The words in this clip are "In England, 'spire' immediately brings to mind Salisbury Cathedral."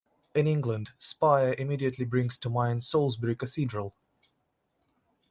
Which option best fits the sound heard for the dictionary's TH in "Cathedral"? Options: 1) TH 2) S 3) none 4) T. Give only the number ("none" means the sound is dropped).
1